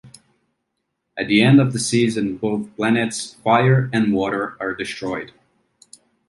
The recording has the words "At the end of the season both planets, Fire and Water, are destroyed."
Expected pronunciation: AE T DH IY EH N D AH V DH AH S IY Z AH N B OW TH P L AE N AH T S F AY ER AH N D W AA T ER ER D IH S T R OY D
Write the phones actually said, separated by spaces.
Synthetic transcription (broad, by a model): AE T DH IY EH N D AH V DH AH S IY Z AH N B OW TH P L AE N AH T S F AY ER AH N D W AA T ER ER D IH S T R OY D